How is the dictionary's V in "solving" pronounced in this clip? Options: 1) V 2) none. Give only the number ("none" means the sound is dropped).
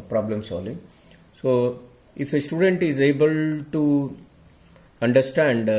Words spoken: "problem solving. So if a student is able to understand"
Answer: 2